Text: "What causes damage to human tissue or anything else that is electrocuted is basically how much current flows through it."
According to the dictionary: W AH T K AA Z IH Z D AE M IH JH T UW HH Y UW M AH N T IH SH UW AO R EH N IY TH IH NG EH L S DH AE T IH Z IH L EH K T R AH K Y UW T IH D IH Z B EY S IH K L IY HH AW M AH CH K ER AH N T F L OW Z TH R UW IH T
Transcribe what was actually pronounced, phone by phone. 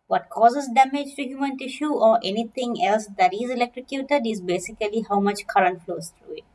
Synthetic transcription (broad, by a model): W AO T K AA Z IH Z D AE M IH JH T UW HH Y UW M AH N T IH SH UW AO R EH N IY T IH NG EH L S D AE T IH Z IH L EH K T R AH K Y UW T IH D IH Z B EY S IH K L IY HH AW M AH CH K ER AH N T F L OW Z T R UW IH T